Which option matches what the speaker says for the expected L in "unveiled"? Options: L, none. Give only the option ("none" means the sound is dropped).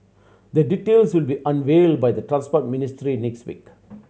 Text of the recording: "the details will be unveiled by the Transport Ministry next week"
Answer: L